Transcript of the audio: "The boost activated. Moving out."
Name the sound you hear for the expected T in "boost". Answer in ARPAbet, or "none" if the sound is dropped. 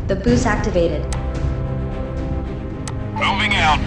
none